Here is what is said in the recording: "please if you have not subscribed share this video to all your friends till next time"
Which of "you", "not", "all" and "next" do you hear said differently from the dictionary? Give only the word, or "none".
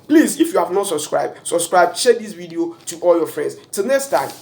none